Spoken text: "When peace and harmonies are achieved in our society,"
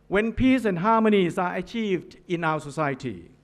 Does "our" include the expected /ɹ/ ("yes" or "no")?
no